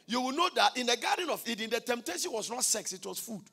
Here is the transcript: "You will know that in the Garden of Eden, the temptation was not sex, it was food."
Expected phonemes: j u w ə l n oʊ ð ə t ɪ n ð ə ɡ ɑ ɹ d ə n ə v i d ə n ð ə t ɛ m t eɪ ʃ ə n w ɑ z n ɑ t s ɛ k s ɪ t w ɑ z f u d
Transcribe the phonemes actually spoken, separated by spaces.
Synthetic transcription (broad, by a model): j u w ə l n oʊ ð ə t ɪ n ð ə ɡ ɑ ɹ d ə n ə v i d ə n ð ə t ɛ m t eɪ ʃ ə n w ɑ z n ɑ t s ɛ k s ɪ t w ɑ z f u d